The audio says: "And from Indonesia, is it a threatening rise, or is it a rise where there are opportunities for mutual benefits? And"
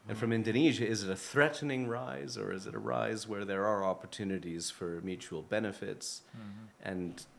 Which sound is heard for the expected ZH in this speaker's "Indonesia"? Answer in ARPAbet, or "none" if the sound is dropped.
ZH